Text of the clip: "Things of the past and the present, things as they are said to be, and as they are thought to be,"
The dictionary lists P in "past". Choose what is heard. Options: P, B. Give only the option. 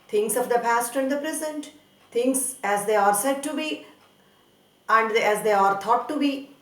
P